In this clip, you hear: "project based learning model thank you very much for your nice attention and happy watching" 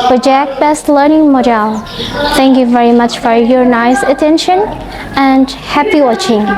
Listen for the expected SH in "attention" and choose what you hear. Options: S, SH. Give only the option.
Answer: SH